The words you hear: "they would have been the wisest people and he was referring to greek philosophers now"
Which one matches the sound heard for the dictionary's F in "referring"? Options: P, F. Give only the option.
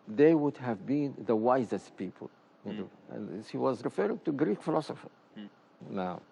F